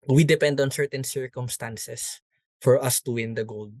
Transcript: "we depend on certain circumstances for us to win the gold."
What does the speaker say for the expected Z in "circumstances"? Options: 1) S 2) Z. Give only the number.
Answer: 1